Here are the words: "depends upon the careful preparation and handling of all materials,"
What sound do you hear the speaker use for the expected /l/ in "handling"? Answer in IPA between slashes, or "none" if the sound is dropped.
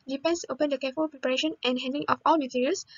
none